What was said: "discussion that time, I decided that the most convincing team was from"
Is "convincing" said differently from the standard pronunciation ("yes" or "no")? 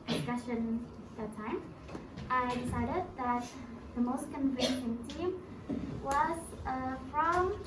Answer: yes